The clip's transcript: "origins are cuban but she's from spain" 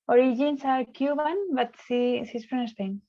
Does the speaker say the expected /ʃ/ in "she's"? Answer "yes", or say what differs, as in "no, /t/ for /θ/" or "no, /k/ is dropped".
no, /s/ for /ʃ/